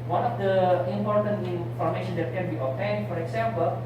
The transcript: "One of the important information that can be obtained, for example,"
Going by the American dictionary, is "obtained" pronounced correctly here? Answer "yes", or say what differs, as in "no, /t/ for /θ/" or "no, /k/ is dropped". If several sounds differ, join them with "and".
no, /b/ is dropped